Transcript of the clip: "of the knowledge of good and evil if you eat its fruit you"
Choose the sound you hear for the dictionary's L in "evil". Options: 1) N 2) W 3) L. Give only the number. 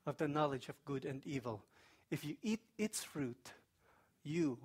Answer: 3